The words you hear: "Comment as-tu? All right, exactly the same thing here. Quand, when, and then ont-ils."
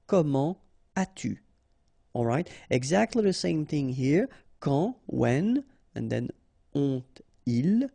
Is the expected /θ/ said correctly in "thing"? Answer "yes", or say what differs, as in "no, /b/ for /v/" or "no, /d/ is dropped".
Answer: yes